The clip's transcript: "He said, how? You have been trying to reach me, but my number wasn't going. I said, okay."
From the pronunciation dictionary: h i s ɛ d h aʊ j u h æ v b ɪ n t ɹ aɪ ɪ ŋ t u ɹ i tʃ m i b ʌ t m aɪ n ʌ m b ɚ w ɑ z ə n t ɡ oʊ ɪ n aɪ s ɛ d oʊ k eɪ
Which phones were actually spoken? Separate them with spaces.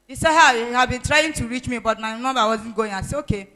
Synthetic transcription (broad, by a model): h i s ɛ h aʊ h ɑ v b ɪ n t ɹ aɪ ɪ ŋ t u ɹ i tʃ m i b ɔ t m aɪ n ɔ b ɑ w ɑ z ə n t ɡ oʊ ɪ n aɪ s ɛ oʊ k eɪ